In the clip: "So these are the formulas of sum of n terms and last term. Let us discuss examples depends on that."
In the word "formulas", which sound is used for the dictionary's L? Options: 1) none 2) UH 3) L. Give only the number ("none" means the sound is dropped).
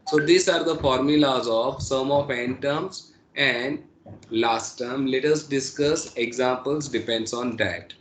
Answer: 3